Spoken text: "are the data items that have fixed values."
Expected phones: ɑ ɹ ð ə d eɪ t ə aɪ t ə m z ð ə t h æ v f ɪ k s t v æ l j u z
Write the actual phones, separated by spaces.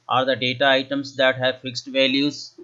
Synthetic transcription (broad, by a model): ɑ ɹ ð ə d eɪ t ə aɪ t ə m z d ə t h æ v f ɪ k s t v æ l j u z